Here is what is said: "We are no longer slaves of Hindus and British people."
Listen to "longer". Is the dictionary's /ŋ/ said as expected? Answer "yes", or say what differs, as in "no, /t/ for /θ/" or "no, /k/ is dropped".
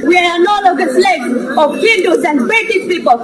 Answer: no, /ŋ/ is dropped